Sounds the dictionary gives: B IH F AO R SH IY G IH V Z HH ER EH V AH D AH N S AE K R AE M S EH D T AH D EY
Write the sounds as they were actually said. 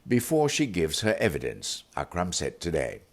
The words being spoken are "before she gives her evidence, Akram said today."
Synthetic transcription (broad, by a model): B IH F AO R SH IY G IH V Z HH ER EH V AH D AH N S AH K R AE M S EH T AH D EY